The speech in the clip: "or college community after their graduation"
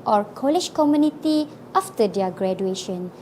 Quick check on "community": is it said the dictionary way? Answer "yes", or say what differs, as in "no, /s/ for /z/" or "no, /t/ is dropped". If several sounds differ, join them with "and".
yes